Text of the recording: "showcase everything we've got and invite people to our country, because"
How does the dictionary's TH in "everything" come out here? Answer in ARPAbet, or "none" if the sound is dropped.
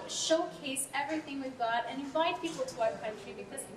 TH